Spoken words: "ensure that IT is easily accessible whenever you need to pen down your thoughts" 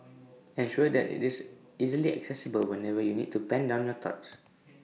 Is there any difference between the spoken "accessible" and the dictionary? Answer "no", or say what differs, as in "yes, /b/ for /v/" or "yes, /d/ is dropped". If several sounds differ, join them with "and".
no